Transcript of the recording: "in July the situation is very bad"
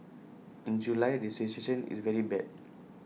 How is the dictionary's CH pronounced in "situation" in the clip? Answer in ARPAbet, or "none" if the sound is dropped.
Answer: S